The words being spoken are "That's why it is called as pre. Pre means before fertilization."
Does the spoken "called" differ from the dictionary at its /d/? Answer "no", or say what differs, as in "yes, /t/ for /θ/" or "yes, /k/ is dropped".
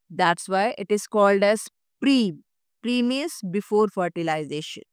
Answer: no